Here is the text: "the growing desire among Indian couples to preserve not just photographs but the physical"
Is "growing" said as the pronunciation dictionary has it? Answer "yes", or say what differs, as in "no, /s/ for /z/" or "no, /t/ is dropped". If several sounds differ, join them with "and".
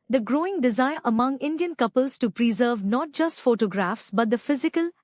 yes